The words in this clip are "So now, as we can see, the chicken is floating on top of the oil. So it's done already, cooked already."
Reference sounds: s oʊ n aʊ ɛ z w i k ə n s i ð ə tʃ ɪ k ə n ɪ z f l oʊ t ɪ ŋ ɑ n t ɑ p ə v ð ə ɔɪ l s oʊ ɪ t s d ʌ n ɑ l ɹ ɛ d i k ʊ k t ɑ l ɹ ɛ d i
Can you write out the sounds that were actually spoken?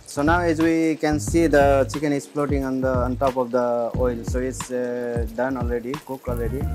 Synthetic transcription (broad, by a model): s oʊ n aʊ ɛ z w i k ə n s i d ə tʃ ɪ k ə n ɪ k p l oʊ t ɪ ŋ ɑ n t ɑ p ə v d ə ɔɪ l s oʊ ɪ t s d ʌ n ɑ l ɹ ɛ d i k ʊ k ɑ l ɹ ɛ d i